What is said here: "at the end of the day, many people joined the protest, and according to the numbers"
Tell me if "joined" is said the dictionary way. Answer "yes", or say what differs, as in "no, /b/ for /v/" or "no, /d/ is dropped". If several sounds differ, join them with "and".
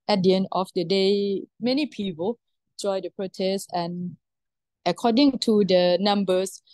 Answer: no, /n/ is dropped